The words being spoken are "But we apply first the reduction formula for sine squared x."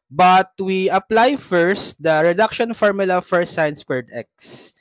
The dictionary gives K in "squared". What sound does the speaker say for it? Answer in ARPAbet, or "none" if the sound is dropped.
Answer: none